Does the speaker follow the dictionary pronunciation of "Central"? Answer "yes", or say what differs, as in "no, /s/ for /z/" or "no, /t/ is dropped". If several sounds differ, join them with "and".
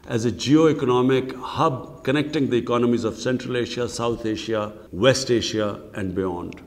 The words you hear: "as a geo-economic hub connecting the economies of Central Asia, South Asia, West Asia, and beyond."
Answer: yes